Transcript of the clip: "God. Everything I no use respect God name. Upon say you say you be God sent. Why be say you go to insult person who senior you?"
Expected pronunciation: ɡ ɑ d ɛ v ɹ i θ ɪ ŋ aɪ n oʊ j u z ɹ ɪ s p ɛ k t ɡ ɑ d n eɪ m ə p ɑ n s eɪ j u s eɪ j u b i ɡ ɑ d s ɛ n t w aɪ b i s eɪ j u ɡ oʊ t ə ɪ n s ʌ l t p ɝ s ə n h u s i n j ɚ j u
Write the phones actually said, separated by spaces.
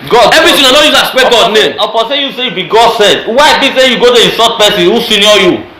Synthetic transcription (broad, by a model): ɡ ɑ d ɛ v ɹ i t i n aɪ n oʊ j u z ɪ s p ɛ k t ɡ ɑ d n eɪ m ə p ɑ s eɪ j u s eɪ j u b i ɡ ɑ d s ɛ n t w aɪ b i s eɪ j u ɡ oʊ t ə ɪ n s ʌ t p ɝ s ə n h u s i n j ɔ j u